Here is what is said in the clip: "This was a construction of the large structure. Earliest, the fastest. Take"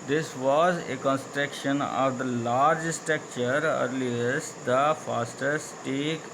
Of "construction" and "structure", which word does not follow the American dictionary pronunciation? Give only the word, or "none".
structure